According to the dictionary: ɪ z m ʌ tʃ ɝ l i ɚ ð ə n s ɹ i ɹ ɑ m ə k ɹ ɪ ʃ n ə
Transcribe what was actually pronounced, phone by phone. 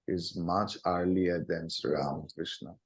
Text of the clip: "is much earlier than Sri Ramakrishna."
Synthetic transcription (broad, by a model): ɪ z m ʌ tʃ ɝ l i ɚ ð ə n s ʌ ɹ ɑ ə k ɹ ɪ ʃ n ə